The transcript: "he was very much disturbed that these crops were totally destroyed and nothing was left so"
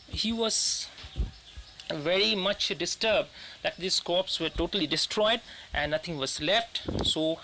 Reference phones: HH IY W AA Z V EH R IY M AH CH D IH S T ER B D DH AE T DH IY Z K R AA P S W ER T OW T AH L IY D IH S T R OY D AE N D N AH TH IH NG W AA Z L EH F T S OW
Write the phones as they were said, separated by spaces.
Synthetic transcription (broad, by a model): HH IY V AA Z V EH R IY M AH CH D IH S T ER B D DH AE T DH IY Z K AA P S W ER T OW T AH L IY D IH S T R OY D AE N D N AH T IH NG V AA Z L EH F T S OW